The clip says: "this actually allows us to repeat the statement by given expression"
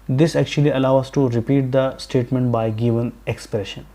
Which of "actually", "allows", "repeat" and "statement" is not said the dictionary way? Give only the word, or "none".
allows